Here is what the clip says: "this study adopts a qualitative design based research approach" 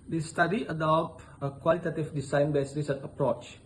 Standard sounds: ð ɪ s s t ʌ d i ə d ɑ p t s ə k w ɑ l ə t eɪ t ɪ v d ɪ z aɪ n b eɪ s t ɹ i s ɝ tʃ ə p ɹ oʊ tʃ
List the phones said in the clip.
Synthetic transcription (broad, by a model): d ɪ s s t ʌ d i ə d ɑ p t ə k w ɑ l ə t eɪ t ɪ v d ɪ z aɪ n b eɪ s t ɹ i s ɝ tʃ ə p ɹ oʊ tʃ